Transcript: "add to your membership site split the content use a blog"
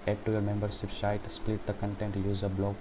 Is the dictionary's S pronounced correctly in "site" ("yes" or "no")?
no